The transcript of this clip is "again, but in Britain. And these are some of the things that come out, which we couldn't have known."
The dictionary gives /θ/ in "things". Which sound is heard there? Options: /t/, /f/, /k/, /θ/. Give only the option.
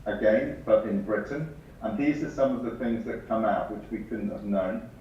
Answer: /θ/